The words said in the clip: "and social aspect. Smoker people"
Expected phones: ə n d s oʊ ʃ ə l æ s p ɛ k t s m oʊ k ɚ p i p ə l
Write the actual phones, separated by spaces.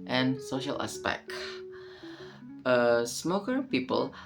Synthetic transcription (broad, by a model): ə n s oʊ ʃ ə l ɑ s p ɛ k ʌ s m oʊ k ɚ p i p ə l